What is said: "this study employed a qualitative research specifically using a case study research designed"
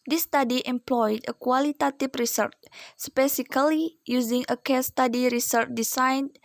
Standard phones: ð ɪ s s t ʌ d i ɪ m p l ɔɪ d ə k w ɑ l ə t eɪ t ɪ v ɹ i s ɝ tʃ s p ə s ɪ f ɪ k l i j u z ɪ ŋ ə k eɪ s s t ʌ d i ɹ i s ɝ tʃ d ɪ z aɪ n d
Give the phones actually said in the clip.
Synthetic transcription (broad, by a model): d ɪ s s t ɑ d i ɪ m p l ɔɪ d ə k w ɑ l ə t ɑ t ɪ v ɹ i s ɝ tʃ s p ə s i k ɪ l i j u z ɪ ŋ ə k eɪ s s t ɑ d i ɹ i s ɝ tʃ d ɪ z aɪ n